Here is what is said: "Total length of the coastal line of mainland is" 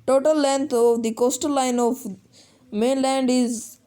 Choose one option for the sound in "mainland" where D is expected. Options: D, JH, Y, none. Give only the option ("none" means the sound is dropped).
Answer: D